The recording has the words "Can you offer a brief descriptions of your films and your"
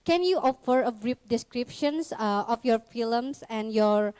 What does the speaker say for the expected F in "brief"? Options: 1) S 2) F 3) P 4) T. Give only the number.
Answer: 3